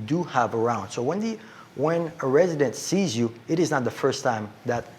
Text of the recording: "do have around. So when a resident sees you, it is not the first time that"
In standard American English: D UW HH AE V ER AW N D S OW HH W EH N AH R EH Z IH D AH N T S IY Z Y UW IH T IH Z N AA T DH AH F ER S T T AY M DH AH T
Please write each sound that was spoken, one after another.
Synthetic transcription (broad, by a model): D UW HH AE V ER AW N D S OW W W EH N AH R EH Z IH D AH N T S IY Z Y UW IH T IH Z N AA T DH AH F ER S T T AY M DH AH T